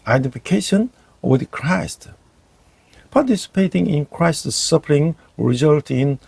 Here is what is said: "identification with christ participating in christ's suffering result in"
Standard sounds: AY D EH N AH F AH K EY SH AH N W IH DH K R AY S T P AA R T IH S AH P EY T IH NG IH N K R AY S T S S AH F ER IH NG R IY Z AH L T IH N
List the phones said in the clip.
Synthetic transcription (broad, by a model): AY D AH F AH K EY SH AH N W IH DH K R AY S T P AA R T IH S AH P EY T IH NG IH N K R AY S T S S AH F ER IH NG R IY Z AH L T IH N